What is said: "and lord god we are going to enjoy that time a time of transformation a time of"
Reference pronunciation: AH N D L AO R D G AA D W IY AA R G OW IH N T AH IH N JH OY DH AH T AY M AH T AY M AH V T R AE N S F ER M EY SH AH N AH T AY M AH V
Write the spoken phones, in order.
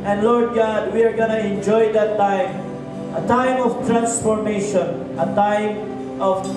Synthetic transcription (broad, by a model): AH N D L AO R D G AA D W IY AA R G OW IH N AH IH N JH OY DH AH T AY M AH T AY M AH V T R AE N S P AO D EY SH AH N AH T AY M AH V